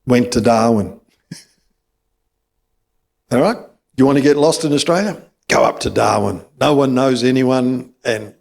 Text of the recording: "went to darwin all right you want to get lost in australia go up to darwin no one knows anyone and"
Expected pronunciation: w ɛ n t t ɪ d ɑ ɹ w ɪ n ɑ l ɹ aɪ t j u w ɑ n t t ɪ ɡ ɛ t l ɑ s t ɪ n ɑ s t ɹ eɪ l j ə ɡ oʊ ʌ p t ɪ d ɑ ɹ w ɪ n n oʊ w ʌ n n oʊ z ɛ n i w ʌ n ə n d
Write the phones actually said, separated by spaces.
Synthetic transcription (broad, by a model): w ɛ n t t ɪ d ɑ ɹ w ɪ n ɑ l ɹ aɪ t j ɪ w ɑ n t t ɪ ɡ ɛ t l ɑ s t ɪ n ɑ s t ɹ eɪ l j ə ɡ oʊ ʌ p t ɪ d ɑ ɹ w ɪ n n oʊ w ʌ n n oʊ z ɛ n i w ʌ n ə n